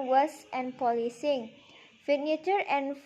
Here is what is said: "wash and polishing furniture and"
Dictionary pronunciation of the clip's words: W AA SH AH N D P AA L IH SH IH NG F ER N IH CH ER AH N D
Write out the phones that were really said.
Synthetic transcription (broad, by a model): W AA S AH N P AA L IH S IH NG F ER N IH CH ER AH N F